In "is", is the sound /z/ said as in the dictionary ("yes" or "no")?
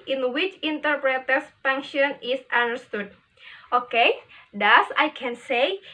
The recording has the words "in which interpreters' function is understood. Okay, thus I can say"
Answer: no